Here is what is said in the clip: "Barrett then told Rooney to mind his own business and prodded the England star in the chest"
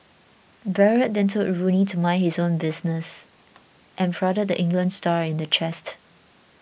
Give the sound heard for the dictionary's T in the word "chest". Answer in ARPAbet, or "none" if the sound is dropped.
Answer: T